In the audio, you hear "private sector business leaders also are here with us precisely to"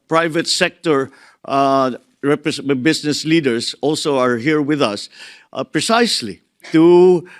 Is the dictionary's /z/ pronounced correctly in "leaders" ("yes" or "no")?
no